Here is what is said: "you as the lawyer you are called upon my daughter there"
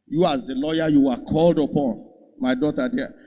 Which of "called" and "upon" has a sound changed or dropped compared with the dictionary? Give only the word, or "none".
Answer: none